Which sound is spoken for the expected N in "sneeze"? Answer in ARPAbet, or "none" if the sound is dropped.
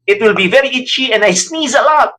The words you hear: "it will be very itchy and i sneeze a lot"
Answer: N